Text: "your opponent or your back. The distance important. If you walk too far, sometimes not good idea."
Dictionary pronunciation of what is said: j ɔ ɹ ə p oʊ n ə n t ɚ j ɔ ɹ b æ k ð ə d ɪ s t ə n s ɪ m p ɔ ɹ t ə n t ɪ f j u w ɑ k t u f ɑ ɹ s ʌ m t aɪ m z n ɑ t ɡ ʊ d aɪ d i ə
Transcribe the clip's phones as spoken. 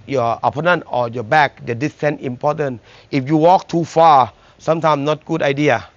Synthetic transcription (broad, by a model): j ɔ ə p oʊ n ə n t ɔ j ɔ b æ k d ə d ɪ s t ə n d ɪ m p ɔ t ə n t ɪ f j u w ɑ k t u f ɑ s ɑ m t aɪ m n ɑ t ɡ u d aɪ d i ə